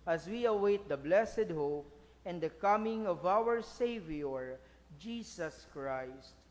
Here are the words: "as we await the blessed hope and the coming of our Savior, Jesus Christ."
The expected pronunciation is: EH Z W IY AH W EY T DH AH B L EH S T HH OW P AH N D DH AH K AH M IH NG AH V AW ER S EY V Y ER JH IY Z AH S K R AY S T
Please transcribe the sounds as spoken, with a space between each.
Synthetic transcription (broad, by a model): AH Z W IY AH W EY T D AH B L EH S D HH OW P AH N D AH K AH M IH NG AH V AW ER S EY V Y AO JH IY S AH S K R AY S T